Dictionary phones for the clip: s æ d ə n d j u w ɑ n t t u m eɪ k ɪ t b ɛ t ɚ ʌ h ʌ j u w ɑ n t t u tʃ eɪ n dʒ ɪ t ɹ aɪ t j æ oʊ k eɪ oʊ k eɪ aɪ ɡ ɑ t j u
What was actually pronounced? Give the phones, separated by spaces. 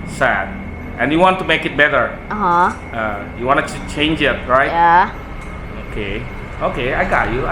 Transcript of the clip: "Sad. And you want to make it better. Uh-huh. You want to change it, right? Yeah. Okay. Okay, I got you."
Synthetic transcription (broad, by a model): s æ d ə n j u w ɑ n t t u m eɪ k ɪ t b ɛ t ɚ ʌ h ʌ j u w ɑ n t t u tʃ eɪ n dʒ ɪ t ɹ aɪ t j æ oʊ k eɪ oʊ k eɪ aɪ ɡ ɑ t j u